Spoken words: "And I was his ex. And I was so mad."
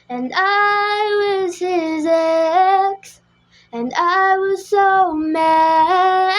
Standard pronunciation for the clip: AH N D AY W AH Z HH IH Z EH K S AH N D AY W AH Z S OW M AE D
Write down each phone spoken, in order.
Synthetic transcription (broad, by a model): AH N AY W AH Z HH IH Z EH K S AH N AY W AH Z S OW M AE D